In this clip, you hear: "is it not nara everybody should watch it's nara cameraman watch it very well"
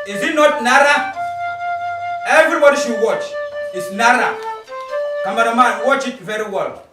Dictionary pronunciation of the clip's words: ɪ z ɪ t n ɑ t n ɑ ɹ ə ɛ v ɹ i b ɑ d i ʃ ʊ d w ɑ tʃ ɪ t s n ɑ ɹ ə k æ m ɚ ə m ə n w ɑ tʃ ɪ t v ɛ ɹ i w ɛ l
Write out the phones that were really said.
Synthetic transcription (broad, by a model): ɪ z ɪ t n ɑ t n ɑ ɹ ə ɛ v ɹ i b ɑ d i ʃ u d w ɑ tʃ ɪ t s n ɑ ɹ ə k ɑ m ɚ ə m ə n w ɑ tʃ ɪ t v ɛ ɹ i w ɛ l